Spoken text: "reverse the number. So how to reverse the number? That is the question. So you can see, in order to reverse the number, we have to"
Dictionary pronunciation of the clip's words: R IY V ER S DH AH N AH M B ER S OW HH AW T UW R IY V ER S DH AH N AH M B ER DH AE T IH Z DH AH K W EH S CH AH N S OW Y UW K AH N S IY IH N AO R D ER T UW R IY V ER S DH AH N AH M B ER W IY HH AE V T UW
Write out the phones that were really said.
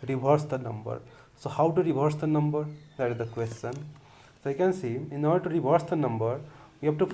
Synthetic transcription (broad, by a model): R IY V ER S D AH N AH M B ER S OW HH AW T UW R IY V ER S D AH N AH M B ER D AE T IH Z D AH K W EH S CH AH N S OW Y K AH N S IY IH N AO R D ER T UW R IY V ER S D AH N AH M B ER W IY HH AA P T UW